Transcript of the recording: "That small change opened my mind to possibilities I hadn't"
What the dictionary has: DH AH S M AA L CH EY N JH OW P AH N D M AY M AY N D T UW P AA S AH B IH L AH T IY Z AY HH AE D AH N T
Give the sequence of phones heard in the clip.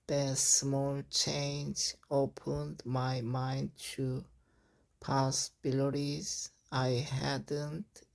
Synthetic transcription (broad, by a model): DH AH S M AA L CH EY N JH OW P AH N D M AY M AY N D T UW P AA S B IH L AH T IY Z AY HH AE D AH N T